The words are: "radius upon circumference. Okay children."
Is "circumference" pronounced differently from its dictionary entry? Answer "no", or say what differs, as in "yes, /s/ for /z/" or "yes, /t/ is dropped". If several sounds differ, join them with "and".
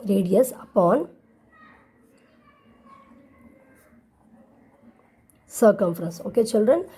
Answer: no